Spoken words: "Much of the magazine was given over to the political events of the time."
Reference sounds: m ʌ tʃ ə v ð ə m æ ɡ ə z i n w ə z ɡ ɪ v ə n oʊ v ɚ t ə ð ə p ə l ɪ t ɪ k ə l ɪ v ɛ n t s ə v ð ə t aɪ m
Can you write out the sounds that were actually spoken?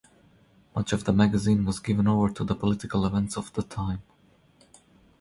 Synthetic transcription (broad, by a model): m ʌ tʃ ə v ð ə m æ ɡ ə z i n w ə z ɡ ɪ v ə n oʊ v ɚ t ə ð ə p ə l ɪ t ɪ k ə l ɪ v ɛ n t s ə v ð ə t aɪ m